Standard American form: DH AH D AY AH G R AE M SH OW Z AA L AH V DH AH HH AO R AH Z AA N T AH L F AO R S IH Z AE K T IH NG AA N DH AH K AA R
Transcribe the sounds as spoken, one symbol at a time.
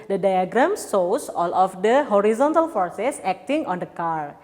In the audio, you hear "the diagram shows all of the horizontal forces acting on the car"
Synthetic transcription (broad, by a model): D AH D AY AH G R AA M S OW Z AA L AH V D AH HH AO R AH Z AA N T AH L F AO R S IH S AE K T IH NG AA N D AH K AA R